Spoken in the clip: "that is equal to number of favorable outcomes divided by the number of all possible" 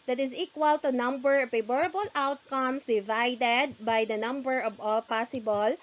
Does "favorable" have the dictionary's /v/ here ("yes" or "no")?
no